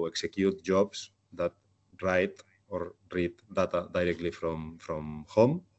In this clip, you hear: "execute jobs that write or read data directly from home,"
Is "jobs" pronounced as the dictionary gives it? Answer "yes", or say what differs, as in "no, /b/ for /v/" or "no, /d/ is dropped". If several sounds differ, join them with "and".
no, /s/ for /z/